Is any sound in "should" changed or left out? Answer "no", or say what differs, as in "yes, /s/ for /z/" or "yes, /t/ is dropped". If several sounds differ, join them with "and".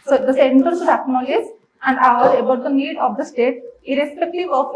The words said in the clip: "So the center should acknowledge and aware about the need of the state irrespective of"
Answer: yes, /s/ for /ʃ/